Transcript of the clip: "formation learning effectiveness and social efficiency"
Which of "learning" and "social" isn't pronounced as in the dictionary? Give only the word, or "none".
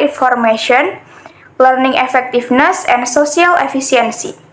social